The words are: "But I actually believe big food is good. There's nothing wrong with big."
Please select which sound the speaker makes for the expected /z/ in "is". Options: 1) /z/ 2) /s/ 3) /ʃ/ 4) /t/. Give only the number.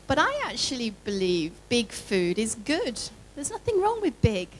1